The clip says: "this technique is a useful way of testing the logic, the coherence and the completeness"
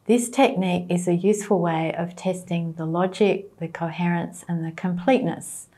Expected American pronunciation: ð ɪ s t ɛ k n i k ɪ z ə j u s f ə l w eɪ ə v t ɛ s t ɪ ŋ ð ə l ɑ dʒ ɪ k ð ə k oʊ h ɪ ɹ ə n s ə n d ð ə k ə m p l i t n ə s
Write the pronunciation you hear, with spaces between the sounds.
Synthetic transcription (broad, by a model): ð ɪ s t ɛ k n i k ɪ z ə j u s f ə l w eɪ ə v t ɛ s t ɪ ŋ ð ə l ɑ dʒ ɪ k ð ə k oʊ h ɪ ɹ ə n s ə n ð ə k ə m p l i t n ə s